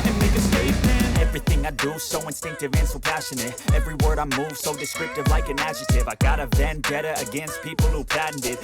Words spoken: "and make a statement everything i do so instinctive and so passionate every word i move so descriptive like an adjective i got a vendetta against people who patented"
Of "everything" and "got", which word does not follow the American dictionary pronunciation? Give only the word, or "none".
none